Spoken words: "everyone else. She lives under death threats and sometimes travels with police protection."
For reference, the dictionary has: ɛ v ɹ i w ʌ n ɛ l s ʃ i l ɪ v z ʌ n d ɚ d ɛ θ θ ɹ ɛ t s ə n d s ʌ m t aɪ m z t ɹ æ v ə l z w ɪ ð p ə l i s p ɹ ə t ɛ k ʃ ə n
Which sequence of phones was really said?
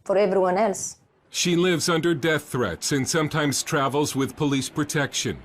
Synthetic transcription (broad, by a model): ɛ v ɹ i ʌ n ɛ l s ʃ i l ɪ v z ʌ n d ɚ d ɛ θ θ ɹ ɛ t s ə n s ʌ m t aɪ m z t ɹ æ v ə l z w ɪ ð p ə l i s p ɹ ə t ɛ k ʃ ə n